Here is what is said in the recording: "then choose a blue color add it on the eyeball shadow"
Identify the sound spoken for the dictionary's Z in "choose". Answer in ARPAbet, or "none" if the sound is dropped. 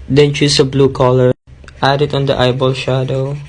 S